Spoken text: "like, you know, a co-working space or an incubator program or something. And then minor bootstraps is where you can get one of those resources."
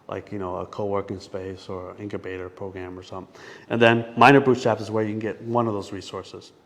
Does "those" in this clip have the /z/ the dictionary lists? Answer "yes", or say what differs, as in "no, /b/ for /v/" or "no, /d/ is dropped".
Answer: yes